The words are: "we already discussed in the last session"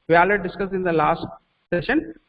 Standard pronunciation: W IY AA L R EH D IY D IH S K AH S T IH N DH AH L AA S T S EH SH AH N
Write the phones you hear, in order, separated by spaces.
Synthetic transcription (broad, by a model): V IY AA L EH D D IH S K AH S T IH N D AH L AA S T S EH SH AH N